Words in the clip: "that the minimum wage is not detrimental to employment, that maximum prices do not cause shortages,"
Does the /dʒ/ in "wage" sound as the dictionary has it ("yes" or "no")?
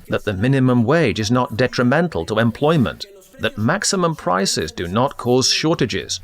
yes